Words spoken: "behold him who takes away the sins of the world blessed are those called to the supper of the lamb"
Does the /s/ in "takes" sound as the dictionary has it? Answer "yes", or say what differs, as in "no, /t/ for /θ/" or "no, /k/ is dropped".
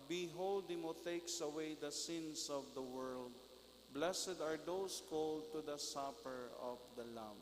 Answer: yes